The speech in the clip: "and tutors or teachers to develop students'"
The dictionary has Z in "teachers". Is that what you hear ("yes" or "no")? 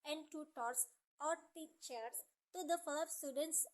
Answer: no